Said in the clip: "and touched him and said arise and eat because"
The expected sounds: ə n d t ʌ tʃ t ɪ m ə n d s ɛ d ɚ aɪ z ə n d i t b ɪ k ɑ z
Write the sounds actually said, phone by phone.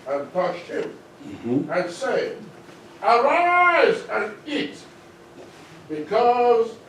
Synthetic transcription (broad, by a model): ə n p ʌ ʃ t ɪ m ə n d s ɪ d ɚ aɪ z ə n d i t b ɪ k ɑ z